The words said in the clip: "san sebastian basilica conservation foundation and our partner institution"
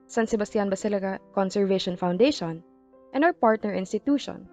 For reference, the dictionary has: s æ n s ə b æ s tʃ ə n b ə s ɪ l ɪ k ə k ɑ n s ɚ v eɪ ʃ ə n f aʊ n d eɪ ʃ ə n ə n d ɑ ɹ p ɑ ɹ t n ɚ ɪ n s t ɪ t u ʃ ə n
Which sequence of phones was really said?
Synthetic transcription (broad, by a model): s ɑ n s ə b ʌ s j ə n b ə s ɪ l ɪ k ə k ɑ n s ɚ v eɪ ʃ ə n f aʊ n d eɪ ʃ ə n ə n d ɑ w p ɑ ɹ t n ɚ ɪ n s t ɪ t u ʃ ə n